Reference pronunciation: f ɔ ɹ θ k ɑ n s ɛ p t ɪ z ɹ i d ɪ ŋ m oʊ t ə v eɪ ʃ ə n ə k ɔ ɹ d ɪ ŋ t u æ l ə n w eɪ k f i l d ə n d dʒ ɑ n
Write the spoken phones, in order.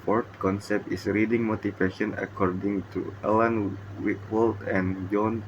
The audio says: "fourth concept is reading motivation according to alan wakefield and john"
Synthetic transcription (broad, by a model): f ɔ ɹ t k ɑ n s ɛ p t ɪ s ɹ i d ɪ ŋ m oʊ t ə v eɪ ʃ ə n ə k ɔ ɹ d ɪ ŋ t u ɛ l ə n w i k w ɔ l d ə n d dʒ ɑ n